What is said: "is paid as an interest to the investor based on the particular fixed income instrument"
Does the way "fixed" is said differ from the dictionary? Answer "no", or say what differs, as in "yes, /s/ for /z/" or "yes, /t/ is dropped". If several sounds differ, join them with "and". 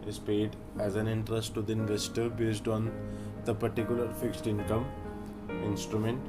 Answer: no